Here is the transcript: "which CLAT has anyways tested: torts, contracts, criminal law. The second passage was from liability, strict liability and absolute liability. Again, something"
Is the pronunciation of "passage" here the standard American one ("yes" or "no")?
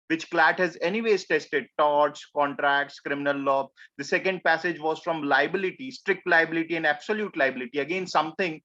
yes